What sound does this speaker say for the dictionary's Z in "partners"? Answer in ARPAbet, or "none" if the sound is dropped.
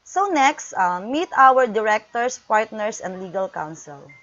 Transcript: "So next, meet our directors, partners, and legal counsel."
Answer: S